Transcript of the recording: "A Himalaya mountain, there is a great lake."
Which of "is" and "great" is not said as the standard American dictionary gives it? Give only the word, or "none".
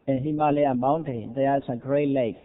is